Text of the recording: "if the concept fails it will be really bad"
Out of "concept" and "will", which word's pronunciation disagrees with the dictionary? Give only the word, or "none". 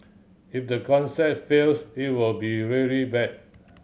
concept